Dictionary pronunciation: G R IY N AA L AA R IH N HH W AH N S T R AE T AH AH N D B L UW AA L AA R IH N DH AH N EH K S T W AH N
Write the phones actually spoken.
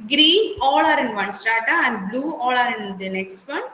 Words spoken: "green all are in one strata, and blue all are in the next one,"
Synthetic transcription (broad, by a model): G R IY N AA L AA R IH N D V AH N S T AA T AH AH N D B L UW AA L AA R IH N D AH N EH K S T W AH N